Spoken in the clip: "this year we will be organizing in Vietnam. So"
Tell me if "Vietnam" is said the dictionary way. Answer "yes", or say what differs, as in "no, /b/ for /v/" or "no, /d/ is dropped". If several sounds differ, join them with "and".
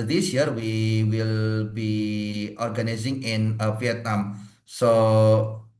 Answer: no, /f/ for /v/